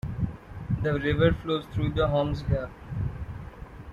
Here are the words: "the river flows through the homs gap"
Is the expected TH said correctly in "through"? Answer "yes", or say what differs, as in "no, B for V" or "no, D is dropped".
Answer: no, T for TH